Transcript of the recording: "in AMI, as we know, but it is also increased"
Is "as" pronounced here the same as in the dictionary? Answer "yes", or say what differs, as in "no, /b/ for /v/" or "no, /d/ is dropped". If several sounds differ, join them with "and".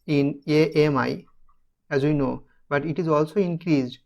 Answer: yes